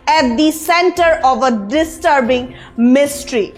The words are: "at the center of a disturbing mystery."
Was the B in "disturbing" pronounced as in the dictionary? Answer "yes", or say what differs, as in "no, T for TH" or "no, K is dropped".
yes